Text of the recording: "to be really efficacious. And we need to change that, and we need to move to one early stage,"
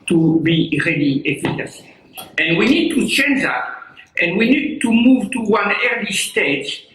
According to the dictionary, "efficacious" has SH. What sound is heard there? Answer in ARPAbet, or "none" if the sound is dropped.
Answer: S